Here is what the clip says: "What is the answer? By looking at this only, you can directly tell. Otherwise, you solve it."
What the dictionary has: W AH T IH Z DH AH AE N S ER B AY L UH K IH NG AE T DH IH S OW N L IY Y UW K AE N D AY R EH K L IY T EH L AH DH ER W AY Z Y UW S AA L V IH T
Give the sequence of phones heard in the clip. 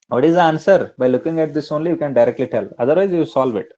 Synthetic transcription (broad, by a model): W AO T IH Z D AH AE N S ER B AY L UH K IH NG AE T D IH S OW N L IY Y UW K AE N D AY R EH K L IY T EH L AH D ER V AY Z Y UW S AA L V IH T